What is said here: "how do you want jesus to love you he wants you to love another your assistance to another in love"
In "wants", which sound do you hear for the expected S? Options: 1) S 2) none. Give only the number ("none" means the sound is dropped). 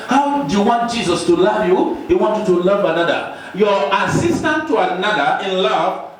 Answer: 2